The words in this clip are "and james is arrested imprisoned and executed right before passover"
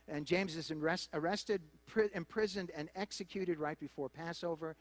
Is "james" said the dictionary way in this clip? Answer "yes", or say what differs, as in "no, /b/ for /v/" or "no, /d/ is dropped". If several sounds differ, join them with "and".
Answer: yes